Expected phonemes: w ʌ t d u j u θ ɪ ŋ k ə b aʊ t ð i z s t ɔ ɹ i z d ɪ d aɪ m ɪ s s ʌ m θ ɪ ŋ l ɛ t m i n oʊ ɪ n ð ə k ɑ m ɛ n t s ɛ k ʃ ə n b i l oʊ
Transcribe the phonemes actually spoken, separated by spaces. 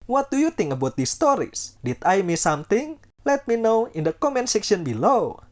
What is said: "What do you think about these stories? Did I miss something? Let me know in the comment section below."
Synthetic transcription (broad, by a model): w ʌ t d u j u t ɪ ŋ ə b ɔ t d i s t ɔ ɹ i s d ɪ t aɪ m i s s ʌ m t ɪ ŋ l ɛ t m i n oʊ ɪ n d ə k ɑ m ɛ n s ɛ k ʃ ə n b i l oʊ